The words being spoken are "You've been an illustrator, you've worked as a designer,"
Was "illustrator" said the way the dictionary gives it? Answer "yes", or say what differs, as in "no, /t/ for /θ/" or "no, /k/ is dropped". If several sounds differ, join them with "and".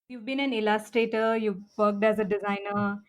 yes